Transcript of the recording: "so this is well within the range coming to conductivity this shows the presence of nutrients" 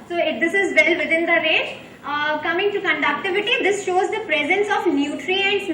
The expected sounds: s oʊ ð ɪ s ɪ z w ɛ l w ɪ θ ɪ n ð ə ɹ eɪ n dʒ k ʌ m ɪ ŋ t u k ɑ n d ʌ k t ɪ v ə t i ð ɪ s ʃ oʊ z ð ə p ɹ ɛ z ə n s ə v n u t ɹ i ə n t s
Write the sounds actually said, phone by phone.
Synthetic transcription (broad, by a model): s oʊ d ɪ s ɪ z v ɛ l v ɪ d ɪ n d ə ɹ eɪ dʒ k ʌ m ɪ ŋ t u k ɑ n d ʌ k t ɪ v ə t i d ɪ s ʃ oʊ z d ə p ɹ ɛ z ə n s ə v n u t ɹ i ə n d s